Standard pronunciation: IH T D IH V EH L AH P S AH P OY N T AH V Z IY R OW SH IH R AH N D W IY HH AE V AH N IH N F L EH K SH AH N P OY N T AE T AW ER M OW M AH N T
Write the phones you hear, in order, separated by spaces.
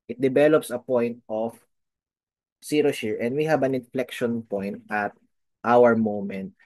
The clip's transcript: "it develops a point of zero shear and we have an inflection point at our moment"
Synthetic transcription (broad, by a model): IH T D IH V EH L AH P S AH P OY N T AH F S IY R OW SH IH R AH N D W IY HH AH B AH N IH N F L EH K SH AH N P OY N T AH T AW ER M OW M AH N T